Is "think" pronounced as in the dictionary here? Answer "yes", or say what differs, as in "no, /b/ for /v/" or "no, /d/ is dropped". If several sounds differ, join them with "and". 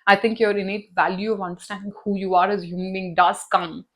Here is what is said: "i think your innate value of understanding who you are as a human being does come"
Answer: no, /t/ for /θ/